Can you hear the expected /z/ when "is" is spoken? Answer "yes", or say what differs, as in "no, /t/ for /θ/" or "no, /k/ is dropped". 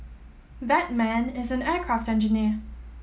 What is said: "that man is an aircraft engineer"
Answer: yes